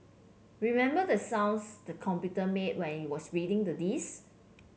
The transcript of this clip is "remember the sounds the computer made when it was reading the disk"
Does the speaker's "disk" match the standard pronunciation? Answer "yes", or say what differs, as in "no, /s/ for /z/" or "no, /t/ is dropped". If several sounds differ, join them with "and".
no, /k/ is dropped